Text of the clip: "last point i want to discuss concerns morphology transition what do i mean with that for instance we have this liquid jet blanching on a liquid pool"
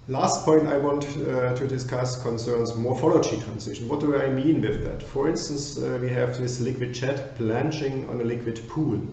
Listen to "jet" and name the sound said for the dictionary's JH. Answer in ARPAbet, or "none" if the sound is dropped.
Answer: CH